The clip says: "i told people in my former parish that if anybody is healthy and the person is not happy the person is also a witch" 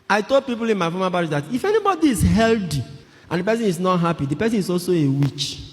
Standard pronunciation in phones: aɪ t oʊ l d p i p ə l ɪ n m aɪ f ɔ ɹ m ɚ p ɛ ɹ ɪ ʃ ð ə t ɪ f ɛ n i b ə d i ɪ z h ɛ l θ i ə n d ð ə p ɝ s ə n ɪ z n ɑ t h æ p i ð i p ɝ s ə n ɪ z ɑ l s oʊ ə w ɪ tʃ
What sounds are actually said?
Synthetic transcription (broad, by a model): aɪ t oʊ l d p i p ə l ɪ n m aɪ f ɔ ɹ m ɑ b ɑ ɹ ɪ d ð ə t ɪ f ɛ n i b ə d i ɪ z h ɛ l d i ə n d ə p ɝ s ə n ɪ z n ɑ t h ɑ p i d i p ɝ s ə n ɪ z ɑ l s oʊ ə w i tʃ